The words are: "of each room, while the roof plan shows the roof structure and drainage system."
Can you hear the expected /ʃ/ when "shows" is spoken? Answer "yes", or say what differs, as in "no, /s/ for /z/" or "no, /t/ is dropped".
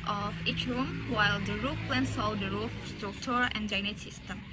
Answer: no, /s/ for /ʃ/